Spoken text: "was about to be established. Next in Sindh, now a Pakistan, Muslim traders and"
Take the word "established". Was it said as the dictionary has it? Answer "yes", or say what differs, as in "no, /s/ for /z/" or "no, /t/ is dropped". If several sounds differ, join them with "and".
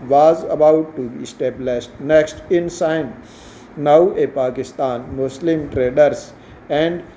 no, /s/ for /ʃ/